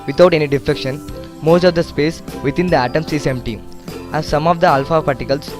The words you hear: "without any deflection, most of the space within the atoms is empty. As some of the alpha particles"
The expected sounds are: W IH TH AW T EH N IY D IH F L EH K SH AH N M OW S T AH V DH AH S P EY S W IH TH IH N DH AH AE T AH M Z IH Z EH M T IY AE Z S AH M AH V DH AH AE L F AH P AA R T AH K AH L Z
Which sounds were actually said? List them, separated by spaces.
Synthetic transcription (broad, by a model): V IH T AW T EH N IY D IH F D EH K SH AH N M OW S T AH V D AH S P EY S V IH T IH N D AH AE T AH M S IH S EH M T IY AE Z S AH M AH V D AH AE L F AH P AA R T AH K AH L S